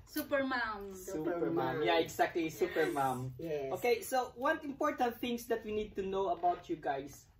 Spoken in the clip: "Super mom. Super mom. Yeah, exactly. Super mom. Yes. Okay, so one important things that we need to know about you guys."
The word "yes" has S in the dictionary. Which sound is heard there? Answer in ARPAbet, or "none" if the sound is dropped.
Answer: none